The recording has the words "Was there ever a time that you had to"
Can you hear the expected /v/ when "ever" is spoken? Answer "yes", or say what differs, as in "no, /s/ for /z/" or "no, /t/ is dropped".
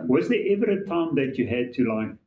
yes